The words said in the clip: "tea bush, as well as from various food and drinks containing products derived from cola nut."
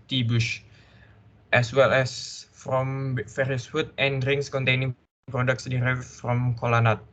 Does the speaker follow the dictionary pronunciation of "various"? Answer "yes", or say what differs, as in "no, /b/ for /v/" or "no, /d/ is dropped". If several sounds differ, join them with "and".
no, /f/ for /v/